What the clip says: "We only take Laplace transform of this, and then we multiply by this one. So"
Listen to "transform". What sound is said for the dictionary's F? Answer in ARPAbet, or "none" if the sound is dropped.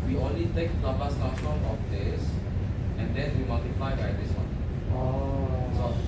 none